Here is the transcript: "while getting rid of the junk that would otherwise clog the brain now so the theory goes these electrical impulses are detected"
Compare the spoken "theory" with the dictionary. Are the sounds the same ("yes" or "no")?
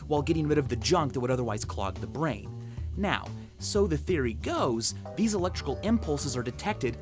yes